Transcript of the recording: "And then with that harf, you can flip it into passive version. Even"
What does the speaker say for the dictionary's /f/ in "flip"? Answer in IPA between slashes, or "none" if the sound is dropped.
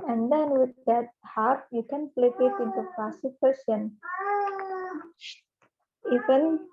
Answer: /p/